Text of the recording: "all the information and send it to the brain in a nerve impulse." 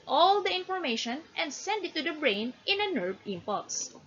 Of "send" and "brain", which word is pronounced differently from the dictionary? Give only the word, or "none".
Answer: none